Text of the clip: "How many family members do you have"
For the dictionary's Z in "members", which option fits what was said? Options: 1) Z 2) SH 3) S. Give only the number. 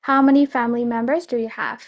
1